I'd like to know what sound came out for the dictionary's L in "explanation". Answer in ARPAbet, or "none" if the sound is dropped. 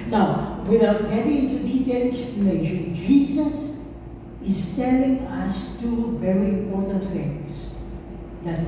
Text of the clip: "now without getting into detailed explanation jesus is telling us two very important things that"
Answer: none